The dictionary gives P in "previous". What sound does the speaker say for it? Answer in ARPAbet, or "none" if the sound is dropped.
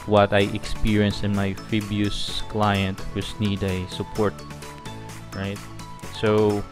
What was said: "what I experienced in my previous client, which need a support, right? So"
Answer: F